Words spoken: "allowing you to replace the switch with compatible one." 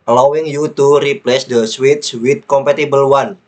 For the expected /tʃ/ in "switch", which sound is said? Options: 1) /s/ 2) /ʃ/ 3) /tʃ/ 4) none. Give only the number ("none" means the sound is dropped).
1